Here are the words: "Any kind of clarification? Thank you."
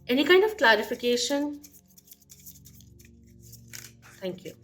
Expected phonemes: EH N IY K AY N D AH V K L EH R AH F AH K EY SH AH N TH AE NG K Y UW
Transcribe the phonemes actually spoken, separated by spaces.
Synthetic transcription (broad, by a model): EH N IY K AY N D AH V K L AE R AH F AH K EY SH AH N T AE NG K Y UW